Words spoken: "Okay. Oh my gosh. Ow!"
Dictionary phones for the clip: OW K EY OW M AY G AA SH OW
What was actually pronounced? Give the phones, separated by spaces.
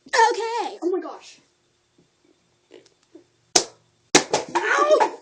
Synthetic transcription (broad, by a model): OW K EY OW M AY G AA SH